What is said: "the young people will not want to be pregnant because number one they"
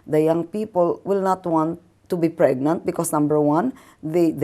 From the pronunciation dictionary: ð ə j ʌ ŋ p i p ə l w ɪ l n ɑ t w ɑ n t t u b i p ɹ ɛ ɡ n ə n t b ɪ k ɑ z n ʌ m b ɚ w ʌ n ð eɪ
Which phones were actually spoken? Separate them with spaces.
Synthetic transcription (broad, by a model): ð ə j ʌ ŋ p i p ə l w ɪ l n ɑ t w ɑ n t t u b i p ɹ ɛ ɡ n ə n t b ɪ k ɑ s n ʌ m b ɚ w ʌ n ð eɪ